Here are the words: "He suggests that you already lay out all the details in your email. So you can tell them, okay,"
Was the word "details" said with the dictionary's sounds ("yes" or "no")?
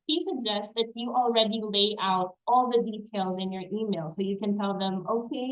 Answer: yes